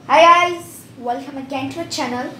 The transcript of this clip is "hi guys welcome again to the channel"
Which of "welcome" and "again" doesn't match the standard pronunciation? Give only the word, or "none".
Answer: none